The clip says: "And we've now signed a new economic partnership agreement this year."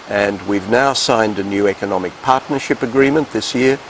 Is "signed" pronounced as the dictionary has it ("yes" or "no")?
yes